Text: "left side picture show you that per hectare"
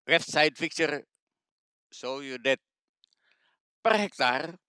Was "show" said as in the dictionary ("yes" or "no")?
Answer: no